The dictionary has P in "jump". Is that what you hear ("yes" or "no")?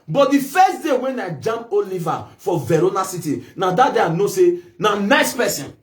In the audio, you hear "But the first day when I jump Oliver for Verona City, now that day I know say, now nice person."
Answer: no